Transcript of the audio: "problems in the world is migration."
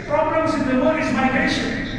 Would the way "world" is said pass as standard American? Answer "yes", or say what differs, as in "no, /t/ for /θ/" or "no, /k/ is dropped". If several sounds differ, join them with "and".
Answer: no, /l/ is dropped